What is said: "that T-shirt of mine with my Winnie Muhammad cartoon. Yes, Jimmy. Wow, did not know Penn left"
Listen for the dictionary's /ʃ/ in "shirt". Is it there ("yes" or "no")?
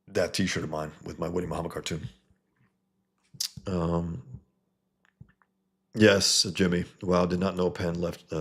yes